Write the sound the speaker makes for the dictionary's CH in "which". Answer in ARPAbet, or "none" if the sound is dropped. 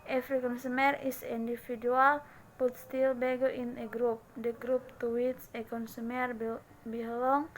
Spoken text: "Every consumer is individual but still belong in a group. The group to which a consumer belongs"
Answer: S